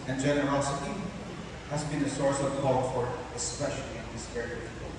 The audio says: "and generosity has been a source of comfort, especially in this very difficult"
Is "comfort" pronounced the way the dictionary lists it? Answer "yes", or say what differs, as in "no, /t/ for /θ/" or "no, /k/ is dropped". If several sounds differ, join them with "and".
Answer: no, /m/ is dropped